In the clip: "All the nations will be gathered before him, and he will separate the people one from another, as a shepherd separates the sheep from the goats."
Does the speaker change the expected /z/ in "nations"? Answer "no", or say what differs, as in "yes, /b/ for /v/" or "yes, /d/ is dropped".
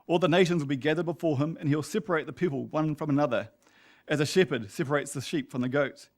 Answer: no